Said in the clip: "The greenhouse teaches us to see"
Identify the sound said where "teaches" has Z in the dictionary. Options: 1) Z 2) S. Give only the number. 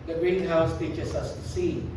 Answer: 2